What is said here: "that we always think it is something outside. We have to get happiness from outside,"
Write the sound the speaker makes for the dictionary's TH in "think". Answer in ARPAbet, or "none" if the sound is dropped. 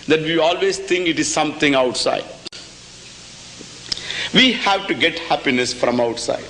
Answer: T